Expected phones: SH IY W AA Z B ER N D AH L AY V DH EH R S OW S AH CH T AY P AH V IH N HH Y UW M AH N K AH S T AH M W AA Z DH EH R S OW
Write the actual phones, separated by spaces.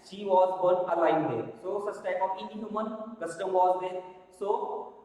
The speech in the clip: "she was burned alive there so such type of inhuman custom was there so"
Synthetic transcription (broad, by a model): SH IY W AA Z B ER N AH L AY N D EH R S OW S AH S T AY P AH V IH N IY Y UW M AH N K AH S T AH M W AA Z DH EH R S OW